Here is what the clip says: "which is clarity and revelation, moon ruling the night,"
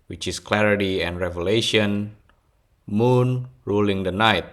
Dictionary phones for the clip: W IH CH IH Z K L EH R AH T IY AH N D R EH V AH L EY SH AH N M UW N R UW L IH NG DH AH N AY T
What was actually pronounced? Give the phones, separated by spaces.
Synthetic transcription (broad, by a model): W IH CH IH S K L EH R AH T IY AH N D R EH V AH L EY SH AH N M UW N R UW L IH NG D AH N AY T